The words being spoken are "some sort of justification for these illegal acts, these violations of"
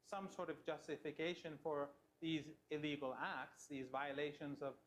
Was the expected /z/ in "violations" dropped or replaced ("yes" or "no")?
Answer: no